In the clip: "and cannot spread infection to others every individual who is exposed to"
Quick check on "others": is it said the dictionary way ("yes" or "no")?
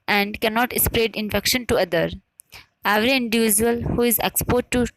no